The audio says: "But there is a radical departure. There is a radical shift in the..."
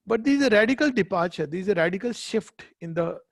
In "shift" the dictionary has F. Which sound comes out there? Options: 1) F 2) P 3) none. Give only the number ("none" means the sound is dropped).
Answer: 1